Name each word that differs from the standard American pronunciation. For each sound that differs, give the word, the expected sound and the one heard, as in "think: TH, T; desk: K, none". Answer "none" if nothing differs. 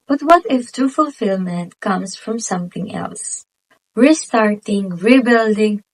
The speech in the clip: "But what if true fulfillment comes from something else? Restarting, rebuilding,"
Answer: true: R, none; comes: Z, S